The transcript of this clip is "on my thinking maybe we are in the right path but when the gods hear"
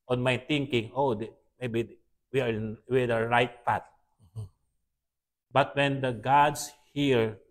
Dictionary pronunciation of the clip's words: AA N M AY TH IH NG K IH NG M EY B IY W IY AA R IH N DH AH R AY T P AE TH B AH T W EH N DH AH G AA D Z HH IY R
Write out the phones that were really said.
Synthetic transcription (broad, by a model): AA N M AY T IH NG K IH NG M EY B IY W IY AA R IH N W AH R AY T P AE T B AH T W EH N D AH G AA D S HH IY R